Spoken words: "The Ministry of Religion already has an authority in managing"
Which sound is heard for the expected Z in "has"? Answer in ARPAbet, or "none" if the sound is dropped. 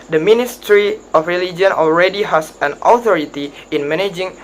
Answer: S